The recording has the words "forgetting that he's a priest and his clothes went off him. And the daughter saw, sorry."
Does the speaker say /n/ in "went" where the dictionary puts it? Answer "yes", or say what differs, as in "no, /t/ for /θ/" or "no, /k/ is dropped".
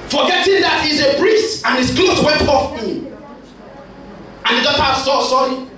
no, /n/ is dropped